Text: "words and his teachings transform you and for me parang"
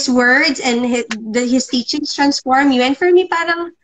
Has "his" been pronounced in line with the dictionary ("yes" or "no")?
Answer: no